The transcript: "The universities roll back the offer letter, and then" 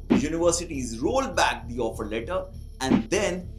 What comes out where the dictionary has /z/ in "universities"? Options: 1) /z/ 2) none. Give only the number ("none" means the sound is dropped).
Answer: 1